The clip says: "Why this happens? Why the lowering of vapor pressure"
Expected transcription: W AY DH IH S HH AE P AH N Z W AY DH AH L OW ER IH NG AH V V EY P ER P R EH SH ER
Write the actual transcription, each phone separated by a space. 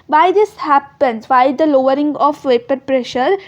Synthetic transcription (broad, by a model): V AY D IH S HH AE P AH N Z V AY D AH L OW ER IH NG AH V V EY P ER P R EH SH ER